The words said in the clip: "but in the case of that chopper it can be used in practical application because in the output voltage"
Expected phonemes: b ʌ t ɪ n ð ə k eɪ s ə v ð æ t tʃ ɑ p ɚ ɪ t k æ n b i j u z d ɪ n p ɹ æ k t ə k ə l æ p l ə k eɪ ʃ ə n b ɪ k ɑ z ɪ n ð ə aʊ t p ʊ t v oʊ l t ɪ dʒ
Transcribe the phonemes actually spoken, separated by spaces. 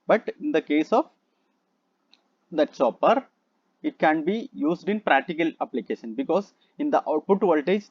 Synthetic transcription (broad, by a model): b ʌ t ɪ n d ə k eɪ s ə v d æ t s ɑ p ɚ ɪ t k æ n b i j u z d ɪ n p ɹ æ k t ə k ə l æ p l ə k eɪ ʃ ə n b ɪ k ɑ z ɪ n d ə aʊ t p ʊ t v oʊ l t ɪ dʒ